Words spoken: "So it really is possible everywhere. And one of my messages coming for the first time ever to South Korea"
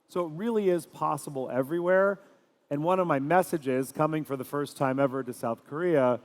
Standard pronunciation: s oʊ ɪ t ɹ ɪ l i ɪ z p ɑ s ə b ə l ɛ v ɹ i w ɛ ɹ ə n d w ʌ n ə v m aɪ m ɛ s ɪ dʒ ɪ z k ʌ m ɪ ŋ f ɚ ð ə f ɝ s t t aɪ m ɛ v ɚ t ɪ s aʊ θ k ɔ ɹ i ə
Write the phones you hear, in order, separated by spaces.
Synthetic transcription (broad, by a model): s oʊ ɪ t ɹ ɪ l i ɪ z p ɑ s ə b l ɛ v ɹ i w ɛ ɹ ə n w ʌ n ə v m aɪ m ɛ s ɪ dʒ ɪ z k ʌ m ɪ ŋ f ɚ ð ə f ɝ s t t aɪ m ɛ v ɚ t ɪ s aʊ θ k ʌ ɹ i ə